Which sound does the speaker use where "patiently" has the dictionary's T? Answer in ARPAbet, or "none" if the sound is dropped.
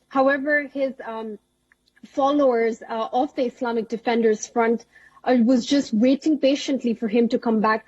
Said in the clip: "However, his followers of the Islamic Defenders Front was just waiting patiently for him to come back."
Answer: T